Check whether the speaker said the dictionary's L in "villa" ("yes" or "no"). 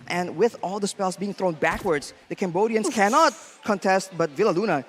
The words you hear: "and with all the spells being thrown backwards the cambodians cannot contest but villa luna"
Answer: yes